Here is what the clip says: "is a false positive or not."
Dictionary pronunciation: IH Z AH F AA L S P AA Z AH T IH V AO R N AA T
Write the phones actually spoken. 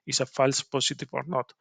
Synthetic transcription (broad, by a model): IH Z AH F AA L S P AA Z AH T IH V AO R N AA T